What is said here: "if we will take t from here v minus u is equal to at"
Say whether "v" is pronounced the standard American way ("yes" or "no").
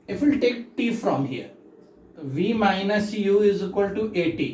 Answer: yes